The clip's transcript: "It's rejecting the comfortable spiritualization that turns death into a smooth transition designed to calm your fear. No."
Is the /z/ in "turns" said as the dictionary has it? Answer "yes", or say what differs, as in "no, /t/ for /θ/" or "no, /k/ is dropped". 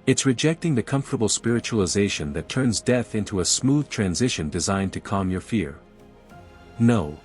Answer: yes